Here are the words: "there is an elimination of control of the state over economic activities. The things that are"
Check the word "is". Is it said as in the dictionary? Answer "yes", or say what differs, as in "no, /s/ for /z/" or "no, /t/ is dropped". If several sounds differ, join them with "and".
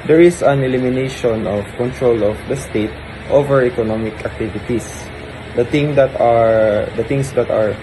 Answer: no, /s/ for /z/